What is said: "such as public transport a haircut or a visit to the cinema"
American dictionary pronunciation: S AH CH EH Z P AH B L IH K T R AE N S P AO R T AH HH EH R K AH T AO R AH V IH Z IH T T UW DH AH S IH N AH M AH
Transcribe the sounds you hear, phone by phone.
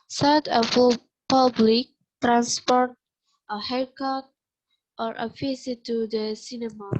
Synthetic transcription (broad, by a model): S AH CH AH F P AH B L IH K T R AE N S P AO R T AH HH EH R K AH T AO R AH F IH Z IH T T UW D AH S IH N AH M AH